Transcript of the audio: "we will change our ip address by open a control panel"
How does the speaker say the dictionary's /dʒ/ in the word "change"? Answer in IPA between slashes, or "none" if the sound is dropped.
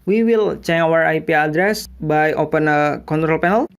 none